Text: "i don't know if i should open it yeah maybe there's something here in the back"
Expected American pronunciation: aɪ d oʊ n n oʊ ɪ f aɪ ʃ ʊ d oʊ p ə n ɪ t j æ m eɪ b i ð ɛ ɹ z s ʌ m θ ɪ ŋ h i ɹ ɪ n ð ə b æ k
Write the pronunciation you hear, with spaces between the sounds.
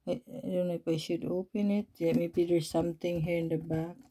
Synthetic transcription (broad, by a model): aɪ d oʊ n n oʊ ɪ p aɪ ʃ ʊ d oʊ p ə n ɪ t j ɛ m eɪ b i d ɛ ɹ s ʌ m t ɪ ŋ h i ɹ ɪ n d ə b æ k